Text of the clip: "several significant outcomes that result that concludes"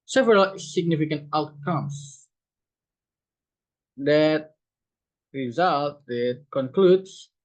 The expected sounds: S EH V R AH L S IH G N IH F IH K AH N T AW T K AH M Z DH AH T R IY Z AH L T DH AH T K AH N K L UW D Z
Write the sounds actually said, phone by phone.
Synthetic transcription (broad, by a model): S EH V R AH L S IH G N IH F IH K AH N T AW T K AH M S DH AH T R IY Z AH L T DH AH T K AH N K L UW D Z